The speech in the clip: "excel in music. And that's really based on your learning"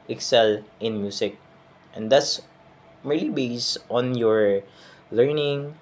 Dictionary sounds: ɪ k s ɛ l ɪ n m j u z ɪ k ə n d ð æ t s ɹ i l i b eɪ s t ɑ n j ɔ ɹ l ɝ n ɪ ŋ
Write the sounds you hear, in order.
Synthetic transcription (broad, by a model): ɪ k s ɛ l ɪ n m j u s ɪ k ə n d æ t s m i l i b eɪ s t ɑ n j ɔ ɹ l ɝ n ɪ ŋ